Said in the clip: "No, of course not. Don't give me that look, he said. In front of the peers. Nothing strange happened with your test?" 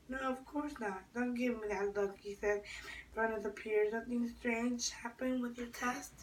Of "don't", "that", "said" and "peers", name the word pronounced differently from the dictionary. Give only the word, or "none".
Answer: none